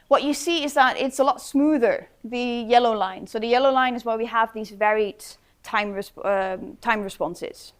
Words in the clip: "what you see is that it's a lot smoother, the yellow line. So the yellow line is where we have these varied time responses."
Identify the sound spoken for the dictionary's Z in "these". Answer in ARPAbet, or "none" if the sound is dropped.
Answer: Z